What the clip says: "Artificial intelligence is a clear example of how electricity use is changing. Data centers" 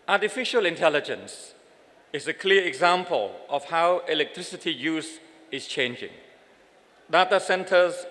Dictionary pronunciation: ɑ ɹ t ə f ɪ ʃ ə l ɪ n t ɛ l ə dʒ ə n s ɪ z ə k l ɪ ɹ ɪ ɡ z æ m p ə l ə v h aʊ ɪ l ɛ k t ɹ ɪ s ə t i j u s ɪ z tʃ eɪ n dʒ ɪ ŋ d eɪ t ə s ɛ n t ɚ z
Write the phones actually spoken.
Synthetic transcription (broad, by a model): ɑ t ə f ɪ ʃ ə l ɪ n t ɛ l ə dʒ ə n s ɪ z ə k l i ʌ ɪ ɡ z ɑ m p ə l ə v h aʊ ɪ l ɛ k t ɹ ɪ s ə t i j u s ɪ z tʃ eɪ n dʒ ɪ ŋ d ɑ t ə s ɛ n t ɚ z